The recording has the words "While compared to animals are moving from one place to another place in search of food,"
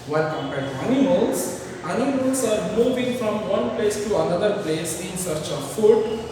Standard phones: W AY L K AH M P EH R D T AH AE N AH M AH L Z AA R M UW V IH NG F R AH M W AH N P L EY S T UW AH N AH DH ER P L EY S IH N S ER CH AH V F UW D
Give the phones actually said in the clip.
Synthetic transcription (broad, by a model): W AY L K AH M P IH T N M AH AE N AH M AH L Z AA R M UW V IH NG F R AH M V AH N P L EY S T UW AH N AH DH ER P L EY S IH N S ER CH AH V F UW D